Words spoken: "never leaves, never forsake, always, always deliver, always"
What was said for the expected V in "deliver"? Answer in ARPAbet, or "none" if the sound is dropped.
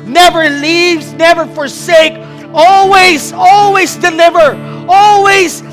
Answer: V